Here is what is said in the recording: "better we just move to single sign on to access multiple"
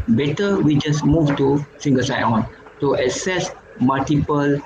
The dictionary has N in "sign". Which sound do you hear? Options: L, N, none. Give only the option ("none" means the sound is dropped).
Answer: none